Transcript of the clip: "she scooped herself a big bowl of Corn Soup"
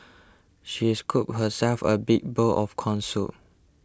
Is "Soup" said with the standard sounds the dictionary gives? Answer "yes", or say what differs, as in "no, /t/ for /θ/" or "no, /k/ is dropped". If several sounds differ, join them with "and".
no, /p/ is dropped